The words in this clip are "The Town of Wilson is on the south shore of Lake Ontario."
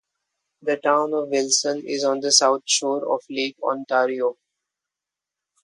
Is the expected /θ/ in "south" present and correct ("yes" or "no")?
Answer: no